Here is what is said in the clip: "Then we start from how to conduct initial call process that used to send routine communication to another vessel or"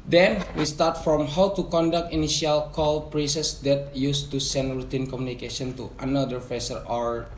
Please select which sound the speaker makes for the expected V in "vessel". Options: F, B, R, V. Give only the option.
F